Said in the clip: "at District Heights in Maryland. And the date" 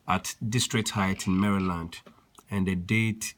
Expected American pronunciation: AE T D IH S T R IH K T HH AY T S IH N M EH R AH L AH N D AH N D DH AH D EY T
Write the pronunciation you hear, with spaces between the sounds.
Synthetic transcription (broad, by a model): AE T D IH S T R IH K T HH AY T IH N M EH R AH L AH N D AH N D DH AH D EY T